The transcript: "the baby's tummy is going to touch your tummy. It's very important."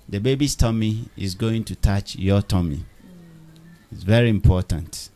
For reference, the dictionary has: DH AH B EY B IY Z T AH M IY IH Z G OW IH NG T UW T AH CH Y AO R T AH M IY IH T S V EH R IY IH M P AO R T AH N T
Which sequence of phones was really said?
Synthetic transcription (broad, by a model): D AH B EY B IY S T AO M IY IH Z G OW IH NG T UW T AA CH Y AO T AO M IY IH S V EH R IY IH M P AO T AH N T